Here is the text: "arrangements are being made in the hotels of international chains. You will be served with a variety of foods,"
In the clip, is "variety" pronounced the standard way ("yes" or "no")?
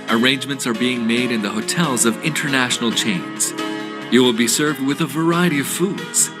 yes